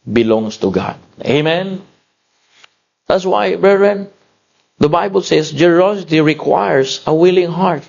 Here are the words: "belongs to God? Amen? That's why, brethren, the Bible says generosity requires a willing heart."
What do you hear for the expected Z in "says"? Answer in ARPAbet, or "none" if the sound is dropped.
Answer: S